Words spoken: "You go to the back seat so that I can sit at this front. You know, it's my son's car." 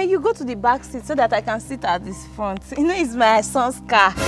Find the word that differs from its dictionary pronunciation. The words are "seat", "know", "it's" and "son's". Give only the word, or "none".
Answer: son's